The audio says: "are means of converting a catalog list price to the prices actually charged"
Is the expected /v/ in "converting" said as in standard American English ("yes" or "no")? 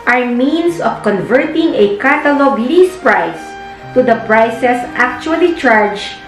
yes